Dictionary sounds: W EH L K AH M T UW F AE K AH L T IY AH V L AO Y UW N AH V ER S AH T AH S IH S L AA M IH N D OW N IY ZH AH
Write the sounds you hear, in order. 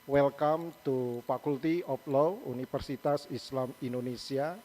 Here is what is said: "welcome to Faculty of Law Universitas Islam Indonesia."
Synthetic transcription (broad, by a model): W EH L K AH M T UW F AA K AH L T IY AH P L AO UW N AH F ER S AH T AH S IH S L AA M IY N D OW N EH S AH